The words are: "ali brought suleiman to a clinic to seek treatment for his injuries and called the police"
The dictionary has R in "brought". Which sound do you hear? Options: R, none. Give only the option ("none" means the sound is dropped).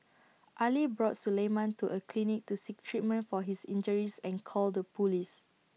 R